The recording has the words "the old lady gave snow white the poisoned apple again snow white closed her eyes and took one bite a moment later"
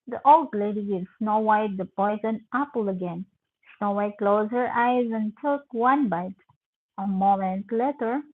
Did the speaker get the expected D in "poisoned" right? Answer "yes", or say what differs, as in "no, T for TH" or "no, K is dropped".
no, D is dropped